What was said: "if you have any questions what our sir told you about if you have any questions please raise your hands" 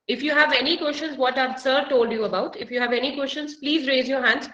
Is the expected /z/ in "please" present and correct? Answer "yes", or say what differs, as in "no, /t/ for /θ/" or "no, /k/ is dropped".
yes